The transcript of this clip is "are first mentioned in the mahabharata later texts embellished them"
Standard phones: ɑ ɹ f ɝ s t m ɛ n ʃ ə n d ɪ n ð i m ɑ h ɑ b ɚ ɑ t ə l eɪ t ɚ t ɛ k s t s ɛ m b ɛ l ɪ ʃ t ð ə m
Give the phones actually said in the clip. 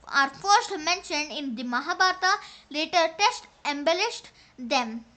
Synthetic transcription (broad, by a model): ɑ ɹ f ɝ s t m ɛ n ʃ ə n d ɪ n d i m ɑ h ɑ b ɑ t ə l eɪ t ɚ t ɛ s t ɛ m b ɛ l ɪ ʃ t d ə m